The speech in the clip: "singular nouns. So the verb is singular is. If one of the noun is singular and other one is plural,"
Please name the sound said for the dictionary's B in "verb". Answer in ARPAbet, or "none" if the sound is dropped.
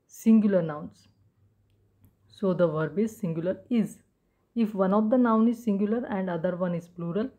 B